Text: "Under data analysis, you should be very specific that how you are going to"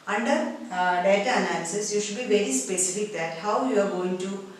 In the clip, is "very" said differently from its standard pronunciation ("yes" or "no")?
no